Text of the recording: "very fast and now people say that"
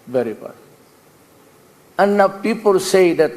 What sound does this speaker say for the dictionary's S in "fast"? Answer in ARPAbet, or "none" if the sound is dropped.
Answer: none